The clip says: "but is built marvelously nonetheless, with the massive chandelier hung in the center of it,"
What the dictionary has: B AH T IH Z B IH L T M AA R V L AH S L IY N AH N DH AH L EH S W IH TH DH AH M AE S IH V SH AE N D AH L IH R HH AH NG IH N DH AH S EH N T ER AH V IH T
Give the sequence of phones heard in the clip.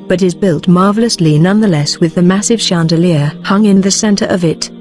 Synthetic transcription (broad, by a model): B AH T IH Z B IH L T M AA R V L AH S L IY N AH N DH AH L EH S W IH DH AH M AE S IH V SH AE N D AH L IH R HH AH NG IH N DH AH S EH N T ER AH V IH T